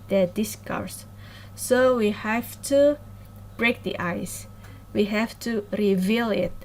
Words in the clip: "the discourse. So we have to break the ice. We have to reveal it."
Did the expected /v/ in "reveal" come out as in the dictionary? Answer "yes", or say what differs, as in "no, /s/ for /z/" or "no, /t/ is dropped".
yes